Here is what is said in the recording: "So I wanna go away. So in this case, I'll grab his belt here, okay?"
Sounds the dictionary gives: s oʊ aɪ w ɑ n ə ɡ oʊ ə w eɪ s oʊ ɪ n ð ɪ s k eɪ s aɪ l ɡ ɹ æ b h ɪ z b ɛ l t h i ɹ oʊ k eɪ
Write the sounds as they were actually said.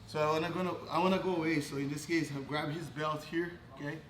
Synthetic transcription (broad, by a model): s oʊ aɪ w ɑ n ə ɡ oʊ ə w eɪ s oʊ ɪ n ð ɪ s k eɪ s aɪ ɡ ɹ æ b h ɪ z b ɛ l t h i ɹ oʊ k eɪ